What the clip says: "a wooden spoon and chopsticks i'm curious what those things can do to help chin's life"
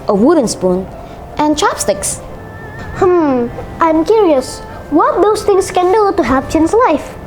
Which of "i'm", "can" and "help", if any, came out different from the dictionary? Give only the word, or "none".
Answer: help